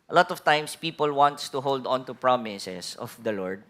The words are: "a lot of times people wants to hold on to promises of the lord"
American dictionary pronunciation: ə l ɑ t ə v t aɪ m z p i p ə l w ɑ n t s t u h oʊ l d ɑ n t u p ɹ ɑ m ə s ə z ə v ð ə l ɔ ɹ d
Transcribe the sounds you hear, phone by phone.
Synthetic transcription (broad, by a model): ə l ɑ t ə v t aɪ m s p i p ə l w ɑ n t s t u h oʊ l d ɑ n t u p ɹ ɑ m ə s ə s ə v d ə l ɔ ɹ d